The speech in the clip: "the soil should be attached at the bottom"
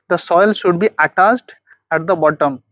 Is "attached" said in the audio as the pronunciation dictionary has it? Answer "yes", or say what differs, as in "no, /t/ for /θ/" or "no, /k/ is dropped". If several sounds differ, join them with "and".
no, /s/ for /tʃ/